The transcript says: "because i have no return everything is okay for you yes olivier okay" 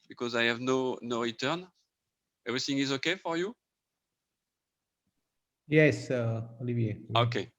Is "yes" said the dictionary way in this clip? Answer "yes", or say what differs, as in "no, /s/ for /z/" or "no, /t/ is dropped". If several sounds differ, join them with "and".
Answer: yes